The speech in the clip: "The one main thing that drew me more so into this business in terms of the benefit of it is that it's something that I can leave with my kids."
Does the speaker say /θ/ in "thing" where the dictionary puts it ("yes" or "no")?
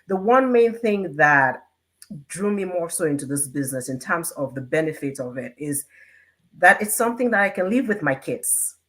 yes